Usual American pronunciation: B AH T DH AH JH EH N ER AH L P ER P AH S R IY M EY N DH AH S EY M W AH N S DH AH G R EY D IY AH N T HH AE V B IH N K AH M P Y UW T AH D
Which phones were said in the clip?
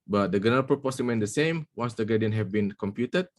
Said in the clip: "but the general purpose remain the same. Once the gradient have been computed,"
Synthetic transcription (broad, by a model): B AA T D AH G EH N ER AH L P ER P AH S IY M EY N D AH S EY M W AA N S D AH G EY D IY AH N HH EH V B IH N K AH M P Y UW T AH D